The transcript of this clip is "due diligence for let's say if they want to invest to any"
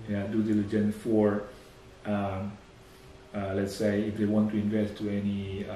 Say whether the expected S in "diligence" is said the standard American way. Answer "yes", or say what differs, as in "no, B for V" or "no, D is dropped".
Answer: no, S is dropped